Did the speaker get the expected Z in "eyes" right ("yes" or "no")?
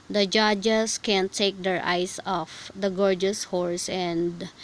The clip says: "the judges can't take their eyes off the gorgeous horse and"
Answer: no